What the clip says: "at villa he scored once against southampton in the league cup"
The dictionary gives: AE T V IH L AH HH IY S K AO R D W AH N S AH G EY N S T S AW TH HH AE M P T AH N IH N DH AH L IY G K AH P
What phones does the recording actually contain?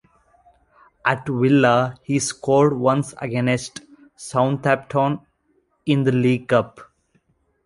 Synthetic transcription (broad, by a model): AE T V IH L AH HH IY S K AO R D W AH N S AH G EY N S T S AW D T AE P T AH N IH N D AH L IY G K AH P